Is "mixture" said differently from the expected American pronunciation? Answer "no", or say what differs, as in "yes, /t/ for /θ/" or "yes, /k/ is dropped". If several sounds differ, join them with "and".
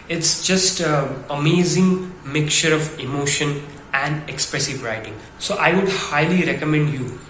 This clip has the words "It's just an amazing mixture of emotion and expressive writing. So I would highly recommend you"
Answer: yes, /s/ is dropped